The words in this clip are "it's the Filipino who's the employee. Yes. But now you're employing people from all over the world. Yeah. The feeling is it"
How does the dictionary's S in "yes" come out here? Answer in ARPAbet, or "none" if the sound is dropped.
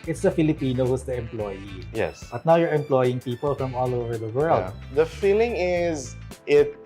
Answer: S